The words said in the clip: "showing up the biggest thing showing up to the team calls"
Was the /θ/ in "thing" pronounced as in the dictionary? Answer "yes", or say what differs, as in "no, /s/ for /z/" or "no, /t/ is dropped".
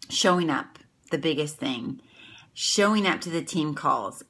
yes